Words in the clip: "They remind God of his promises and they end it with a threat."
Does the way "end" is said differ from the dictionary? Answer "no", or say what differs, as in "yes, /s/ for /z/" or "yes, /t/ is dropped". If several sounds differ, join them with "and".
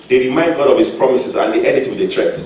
yes, /n/ is dropped